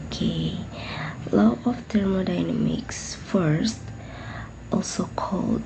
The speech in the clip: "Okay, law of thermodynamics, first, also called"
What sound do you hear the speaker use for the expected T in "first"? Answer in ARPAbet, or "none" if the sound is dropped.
T